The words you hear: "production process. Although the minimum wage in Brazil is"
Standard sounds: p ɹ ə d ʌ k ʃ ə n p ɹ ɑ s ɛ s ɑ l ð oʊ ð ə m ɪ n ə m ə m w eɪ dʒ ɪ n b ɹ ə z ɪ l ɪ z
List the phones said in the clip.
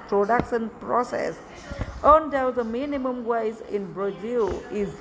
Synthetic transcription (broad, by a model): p ɹ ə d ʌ k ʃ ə n p ɹ ɑ s ɛ s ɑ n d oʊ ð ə m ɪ n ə m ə m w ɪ z ɪ n b ɹ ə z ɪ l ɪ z